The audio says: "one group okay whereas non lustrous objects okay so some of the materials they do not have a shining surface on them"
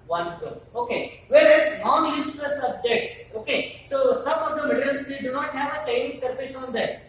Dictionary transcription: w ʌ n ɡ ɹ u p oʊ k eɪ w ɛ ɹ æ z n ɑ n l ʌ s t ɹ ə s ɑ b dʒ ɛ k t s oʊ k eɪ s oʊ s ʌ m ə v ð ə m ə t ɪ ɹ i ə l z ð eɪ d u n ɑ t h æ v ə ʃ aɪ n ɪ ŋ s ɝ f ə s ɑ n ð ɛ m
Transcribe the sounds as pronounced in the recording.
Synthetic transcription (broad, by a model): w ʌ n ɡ u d oʊ k eɪ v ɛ ɹ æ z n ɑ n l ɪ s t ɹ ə s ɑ b dʒ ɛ k t s oʊ k eɪ s oʊ s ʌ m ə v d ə m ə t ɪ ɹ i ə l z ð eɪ d u n ɑ t h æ v ə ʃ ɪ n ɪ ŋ s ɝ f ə s ɑ n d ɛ